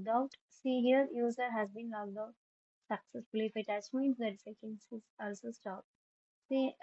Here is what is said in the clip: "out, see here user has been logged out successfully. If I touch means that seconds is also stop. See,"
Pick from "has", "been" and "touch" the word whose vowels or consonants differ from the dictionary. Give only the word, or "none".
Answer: touch